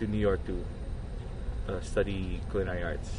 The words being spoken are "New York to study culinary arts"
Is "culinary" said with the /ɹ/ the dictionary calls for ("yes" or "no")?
no